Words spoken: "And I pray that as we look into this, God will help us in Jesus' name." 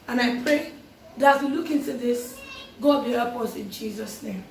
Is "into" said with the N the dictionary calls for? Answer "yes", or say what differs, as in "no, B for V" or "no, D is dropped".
yes